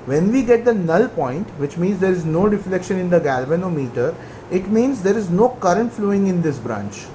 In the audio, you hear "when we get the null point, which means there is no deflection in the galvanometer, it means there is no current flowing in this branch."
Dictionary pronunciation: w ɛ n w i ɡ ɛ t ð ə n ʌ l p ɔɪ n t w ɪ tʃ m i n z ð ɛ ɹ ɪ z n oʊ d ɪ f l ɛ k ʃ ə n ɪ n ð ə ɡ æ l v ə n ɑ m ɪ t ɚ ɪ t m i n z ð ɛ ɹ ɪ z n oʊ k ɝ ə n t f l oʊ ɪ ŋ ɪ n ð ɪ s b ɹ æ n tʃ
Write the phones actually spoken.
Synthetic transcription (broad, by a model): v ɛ n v i ɡ ɛ t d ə n ʌ l p ɔɪ n t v ɪ tʃ m i n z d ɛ ɹ ɪ z n oʊ d ɪ f l ɛ k ʃ ə n ɪ n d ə ɡ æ l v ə n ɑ m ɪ t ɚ ɪ t m i n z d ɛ ɹ ɪ z n oʊ k ɝ ə n t f l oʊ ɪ ŋ ɪ n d ɪ s b ɹ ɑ n tʃ